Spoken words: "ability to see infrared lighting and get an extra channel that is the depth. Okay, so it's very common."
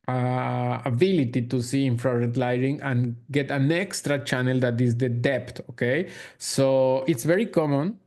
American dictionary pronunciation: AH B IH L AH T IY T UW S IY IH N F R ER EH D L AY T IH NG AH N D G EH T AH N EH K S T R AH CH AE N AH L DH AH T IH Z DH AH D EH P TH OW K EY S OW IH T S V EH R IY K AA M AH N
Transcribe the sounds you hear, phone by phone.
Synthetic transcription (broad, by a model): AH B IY L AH T IY T UW S IY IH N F R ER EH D L AY T IH NG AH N G EH T AH N EH K S T R AH CH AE N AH L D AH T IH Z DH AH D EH P T OW K EY S OW IH T S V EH R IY K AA M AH N